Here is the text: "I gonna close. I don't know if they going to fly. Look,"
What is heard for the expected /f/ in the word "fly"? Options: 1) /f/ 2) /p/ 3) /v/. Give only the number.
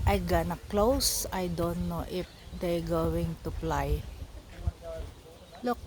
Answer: 2